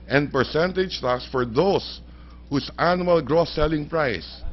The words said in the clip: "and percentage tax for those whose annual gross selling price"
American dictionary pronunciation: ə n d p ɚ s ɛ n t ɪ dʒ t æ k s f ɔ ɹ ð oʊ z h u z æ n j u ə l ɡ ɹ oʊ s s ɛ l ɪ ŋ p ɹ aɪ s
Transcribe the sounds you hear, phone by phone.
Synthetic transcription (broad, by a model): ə n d p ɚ s ɛ n t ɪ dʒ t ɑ k s f ɔ ɹ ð oʊ s h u s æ n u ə l ɡ ɹ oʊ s s ɛ l ɪ ŋ p ɹ aɪ s